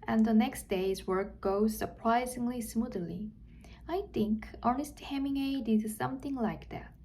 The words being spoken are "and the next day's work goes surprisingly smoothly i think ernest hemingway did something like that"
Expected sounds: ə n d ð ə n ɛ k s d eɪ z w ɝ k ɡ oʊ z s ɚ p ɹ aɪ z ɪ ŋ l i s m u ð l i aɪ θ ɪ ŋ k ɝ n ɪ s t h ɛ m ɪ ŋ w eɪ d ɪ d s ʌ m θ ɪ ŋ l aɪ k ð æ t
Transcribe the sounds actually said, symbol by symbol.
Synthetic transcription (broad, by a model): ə n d ð ə n ɛ k s d eɪ z w ɝ k ɡ oʊ z s ɚ p ɹ aɪ z ɪ ŋ l i s m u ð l i aɪ θ ɪ ŋ k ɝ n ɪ s t h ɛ m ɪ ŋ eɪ d ɪ d s ʌ m θ ɪ ŋ l aɪ k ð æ t